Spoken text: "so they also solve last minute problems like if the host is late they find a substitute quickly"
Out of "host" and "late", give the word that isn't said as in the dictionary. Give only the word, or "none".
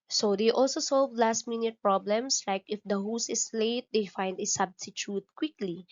host